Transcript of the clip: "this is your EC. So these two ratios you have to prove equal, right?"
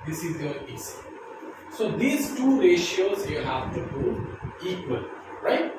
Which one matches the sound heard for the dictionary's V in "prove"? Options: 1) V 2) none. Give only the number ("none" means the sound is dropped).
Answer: 2